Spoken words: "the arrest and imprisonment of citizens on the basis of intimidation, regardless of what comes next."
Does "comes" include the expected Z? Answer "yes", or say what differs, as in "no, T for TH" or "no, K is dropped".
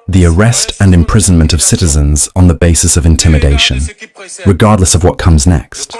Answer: yes